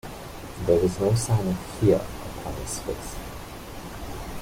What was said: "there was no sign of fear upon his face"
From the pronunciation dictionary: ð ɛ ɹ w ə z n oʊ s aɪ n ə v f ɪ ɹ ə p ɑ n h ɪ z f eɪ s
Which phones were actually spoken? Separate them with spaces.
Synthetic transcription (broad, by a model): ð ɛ ɹ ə z n oʊ s aɪ n ə v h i ɹ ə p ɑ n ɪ s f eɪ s